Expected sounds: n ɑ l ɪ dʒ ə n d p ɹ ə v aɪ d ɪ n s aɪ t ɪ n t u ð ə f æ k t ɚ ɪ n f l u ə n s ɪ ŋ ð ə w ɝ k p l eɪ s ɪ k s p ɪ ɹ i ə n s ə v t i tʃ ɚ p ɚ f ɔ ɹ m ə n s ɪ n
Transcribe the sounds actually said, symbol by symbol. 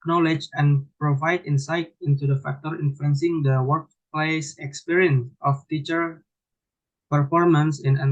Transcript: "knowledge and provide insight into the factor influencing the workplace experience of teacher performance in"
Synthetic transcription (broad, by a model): n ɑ l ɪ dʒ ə n p ɹ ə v aɪ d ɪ n s aɪ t ɪ n t u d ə f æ k t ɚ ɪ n f l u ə n s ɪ ŋ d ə w ɝ k p l eɪ s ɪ k s p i ɹ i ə n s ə f t i tʃ ɚ p ɚ f ɔ ɹ m ə n s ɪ n